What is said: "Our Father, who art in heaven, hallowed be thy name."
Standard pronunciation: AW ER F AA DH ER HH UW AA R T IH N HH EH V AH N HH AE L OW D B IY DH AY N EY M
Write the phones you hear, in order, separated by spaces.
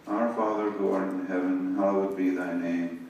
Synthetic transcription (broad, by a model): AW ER F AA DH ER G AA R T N HH EH V AH N HH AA W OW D B IY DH AY N EY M